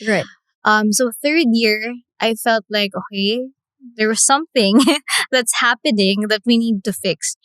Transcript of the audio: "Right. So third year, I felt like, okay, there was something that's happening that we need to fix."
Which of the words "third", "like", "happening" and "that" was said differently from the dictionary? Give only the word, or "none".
none